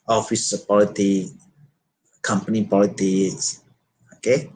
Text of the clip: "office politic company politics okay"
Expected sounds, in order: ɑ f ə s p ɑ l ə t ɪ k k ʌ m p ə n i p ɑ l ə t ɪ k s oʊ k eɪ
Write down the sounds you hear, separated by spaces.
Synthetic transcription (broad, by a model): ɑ f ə s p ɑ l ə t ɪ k k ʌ m p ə n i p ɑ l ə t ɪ s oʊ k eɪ